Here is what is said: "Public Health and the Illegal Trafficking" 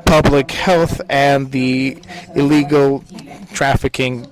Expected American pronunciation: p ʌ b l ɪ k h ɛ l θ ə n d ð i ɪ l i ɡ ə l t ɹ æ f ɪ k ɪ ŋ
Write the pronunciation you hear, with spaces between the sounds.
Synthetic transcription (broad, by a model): p ʌ b l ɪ k h ɛ l θ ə n ð i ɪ l i ɡ l t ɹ æ f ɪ k ɪ ŋ